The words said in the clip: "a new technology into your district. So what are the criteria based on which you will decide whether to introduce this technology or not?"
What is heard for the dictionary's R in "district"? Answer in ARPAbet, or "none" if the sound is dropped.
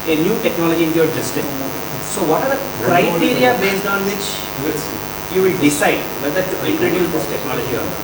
none